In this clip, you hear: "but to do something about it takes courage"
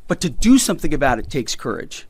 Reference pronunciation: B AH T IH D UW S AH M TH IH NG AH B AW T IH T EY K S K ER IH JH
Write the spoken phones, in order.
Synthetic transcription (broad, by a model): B AH T IH D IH S AH M TH IH NG AH B AW T IH T EY K S K ER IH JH